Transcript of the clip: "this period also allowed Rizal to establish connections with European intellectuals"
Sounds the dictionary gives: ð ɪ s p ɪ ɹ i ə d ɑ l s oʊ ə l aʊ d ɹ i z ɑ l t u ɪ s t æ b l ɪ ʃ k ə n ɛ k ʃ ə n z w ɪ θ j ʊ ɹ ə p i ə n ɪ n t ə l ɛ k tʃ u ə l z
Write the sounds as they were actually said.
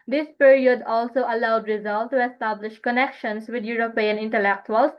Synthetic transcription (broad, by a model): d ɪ s p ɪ ɹ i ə d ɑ l s oʊ ə l aʊ d ɹ i z ɑ l t u ɪ s t æ b l ɪ ʃ k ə n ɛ k ʃ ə n s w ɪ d j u ɹ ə p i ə n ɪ n t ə l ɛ k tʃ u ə l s